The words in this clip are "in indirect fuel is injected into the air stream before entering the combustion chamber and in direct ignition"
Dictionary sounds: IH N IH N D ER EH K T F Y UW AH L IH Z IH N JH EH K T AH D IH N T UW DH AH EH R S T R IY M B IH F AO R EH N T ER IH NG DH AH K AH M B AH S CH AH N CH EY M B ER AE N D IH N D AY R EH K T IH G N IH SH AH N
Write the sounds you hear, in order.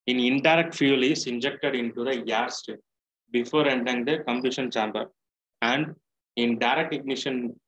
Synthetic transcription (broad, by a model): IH N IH N D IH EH K T F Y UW L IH S IH N JH EH K T AH D IH N T UW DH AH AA R S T IY B IH F AO R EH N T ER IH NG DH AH K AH M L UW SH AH N CH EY M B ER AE N D IH N D AY R EH K T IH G N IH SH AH N